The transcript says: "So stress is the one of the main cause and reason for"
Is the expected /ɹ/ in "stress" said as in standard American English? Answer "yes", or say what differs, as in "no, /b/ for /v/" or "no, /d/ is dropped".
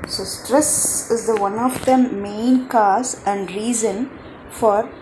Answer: yes